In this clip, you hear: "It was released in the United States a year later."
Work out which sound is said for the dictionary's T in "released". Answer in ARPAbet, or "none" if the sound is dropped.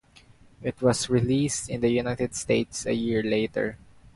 T